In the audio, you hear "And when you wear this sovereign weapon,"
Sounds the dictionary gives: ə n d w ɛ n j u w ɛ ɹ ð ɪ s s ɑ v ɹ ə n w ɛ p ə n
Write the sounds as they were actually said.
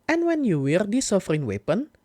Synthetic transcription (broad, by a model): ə n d w ɛ n j u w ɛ ɹ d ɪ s s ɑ f ɹ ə n w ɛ p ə n